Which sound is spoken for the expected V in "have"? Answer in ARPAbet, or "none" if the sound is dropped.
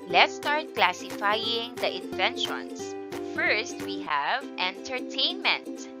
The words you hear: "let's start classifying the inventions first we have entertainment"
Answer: V